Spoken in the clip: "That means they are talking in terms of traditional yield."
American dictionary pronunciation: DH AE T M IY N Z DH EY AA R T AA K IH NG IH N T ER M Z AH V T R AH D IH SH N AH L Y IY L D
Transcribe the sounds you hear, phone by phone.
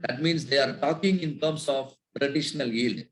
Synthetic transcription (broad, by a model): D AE T M IY N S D EY AA R T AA K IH NG IH N T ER M S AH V T R AH D IH SH N AH L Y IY L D